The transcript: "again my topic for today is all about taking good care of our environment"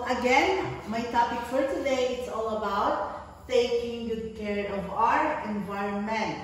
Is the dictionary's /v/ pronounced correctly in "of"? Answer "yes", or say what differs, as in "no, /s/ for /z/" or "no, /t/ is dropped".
yes